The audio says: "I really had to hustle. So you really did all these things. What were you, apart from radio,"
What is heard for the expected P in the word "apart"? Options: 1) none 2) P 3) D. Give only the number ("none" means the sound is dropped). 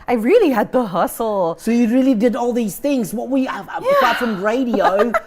1